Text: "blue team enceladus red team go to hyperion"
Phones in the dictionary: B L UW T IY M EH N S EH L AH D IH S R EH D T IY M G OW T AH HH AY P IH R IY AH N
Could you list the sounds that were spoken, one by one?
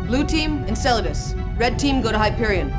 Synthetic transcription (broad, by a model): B L UW T IY M EH N S EH L AH D IH S R EH D T IY M G OW T AH HH AY P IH R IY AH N